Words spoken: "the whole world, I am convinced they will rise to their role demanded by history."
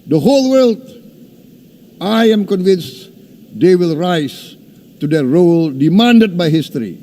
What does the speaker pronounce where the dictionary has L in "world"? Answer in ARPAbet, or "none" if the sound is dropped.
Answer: L